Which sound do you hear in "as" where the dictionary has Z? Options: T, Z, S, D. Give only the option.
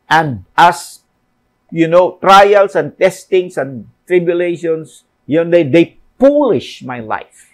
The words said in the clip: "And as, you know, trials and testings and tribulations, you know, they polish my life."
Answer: S